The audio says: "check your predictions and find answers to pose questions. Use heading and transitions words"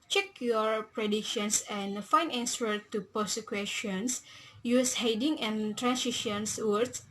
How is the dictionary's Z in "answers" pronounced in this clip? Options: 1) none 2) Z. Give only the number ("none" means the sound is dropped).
1